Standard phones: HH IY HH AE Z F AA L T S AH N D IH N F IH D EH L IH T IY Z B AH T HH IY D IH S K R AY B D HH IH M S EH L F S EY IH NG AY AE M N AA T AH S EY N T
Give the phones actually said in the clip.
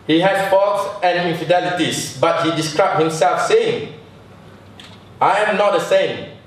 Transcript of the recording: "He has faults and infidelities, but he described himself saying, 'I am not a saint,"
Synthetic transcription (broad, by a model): HH IY HH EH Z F AA T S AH N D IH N F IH D EH L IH T IY S B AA T HH IY D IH S K R AY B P HH IH M S EH L F S EY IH NG AY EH M N AA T AH S EY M